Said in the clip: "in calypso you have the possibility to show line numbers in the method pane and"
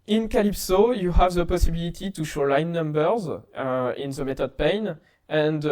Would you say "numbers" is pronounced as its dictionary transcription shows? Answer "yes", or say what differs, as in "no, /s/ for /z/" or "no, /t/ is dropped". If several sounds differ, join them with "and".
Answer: yes